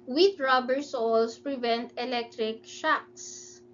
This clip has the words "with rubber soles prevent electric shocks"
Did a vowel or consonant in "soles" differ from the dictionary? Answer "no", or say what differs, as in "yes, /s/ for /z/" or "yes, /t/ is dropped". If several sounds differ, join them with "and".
yes, /s/ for /z/